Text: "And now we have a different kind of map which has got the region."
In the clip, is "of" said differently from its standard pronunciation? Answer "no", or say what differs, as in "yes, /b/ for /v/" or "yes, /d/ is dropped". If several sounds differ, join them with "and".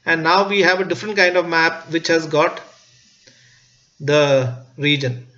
no